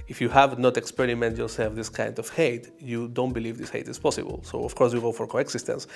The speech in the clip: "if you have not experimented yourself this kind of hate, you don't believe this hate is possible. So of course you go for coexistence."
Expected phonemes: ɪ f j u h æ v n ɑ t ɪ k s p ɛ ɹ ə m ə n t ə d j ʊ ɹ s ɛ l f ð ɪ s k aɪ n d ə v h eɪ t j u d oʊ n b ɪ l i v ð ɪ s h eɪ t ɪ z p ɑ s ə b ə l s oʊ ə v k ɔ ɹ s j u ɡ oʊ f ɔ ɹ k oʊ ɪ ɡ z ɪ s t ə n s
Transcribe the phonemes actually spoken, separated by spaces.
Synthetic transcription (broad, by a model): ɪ f j u h æ v n ɑ t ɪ k s p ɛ ɹ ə m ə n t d j ʊ ɹ s ɛ l f ð ɪ s k aɪ n d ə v h eɪ t j u d oʊ n b ɪ l i v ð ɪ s h eɪ t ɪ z p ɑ s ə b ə l s oʊ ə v k ɔ ɹ s j u ɡ oʊ f ɔ ɹ k oʊ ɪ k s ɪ s t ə n s